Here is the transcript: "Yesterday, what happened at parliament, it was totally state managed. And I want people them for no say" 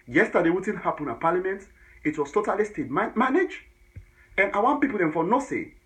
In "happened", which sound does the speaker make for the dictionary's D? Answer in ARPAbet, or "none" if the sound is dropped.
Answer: none